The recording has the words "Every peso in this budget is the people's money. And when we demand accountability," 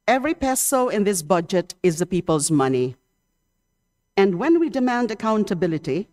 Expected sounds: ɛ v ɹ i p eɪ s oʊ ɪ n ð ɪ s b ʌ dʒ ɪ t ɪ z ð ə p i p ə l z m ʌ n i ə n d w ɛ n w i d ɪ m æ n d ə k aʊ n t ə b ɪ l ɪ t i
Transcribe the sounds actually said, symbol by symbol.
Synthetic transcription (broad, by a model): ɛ v ɹ i p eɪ s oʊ ɪ n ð ɪ s b ʌ dʒ ɪ t ɪ z ð ə p i p ə l z m ʌ n i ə n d w ɛ n w i d ɪ m æ n d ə k aʊ n t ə b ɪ l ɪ t i